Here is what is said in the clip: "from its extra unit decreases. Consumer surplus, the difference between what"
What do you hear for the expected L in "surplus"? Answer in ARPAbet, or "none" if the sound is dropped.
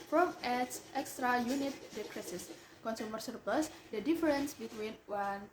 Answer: L